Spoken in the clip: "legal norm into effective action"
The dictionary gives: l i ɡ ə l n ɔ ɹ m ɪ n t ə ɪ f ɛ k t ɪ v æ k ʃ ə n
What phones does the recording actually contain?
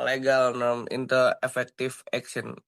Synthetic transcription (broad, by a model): l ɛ ɡ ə l n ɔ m ɪ n t ə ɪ f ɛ k t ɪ f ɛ k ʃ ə n